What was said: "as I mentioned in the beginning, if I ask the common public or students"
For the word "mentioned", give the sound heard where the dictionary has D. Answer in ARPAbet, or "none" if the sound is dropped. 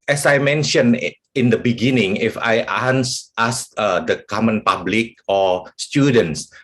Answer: none